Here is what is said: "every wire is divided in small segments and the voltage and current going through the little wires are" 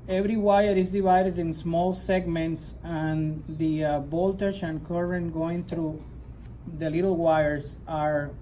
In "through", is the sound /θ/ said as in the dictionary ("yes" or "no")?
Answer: no